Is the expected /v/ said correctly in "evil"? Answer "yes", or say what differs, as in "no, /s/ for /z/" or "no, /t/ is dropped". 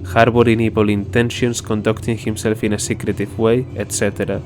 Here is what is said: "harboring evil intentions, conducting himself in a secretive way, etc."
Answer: no, /p/ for /v/